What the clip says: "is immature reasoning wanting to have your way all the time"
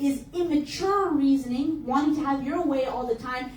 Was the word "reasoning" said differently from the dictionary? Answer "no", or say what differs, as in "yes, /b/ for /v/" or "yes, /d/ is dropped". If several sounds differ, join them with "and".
no